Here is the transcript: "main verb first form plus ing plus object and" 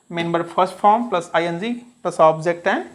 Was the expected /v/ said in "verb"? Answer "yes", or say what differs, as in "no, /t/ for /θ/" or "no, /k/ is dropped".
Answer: no, /b/ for /v/